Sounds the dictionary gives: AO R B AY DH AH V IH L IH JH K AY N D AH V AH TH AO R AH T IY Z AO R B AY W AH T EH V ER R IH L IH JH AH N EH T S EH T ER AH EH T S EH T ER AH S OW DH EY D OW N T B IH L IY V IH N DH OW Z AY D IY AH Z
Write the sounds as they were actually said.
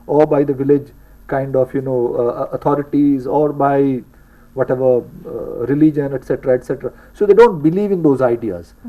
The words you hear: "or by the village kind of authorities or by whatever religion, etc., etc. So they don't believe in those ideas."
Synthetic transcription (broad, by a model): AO R B AY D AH V IH L IH JH K AY N D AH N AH T AO R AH T IY Z AO R B AY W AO T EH V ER R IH L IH JH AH N EH T S EH T ER AH EH T S EH T ER AH S OW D EY D OW N T B IH L IY V IH N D OW Z AY D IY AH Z